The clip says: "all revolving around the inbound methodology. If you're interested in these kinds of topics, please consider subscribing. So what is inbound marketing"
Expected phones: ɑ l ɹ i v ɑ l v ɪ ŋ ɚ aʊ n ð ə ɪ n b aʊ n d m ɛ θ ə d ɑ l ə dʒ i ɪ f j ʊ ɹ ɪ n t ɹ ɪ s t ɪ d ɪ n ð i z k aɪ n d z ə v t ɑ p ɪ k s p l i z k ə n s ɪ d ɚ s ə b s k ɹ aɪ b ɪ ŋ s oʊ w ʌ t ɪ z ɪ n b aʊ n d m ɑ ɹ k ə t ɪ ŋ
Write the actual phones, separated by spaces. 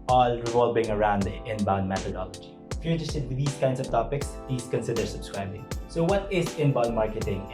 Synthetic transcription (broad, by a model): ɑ l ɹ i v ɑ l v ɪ ŋ ɚ aʊ n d ɪ n b aʊ n d m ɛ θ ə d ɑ l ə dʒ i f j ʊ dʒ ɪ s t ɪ t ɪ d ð i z k aɪ n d s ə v t ɑ p ɪ k s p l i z k ə n s ɪ d ɚ s ə b s k ɹ aɪ b ɪ ŋ s oʊ w ʌ t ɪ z ɪ n b aʊ n d m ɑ ɹ k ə t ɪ ŋ